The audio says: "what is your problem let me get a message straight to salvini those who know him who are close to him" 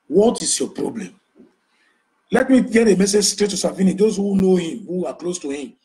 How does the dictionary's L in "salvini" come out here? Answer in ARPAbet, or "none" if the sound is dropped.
none